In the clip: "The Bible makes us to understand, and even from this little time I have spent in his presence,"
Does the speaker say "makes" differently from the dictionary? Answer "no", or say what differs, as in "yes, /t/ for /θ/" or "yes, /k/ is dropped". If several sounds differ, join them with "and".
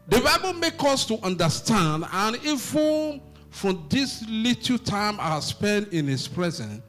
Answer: yes, /s/ is dropped